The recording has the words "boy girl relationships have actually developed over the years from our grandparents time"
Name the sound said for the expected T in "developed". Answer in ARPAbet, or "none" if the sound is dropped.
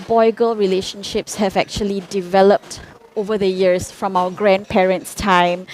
T